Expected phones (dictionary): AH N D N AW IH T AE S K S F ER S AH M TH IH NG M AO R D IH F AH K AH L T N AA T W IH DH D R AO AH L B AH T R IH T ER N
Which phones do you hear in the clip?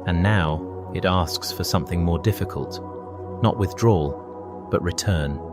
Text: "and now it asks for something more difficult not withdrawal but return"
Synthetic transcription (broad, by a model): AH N N AW IH T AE S K S F ER S AH M TH IH NG M AO R D IH F AH K AH L T N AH T W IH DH D R AO L B AH T R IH T ER N